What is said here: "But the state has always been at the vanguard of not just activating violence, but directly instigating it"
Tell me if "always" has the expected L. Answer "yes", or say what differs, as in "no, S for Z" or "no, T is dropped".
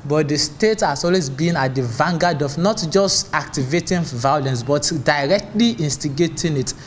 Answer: yes